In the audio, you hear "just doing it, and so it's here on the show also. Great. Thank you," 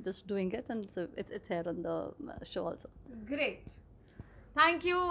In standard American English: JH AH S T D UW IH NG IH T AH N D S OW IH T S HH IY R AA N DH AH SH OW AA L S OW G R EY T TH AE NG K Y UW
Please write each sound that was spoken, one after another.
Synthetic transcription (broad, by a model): JH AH S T D UW IH NG IH T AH N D S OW IH T S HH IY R AA N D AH SH OW AA L S OW G R EY T T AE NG K Y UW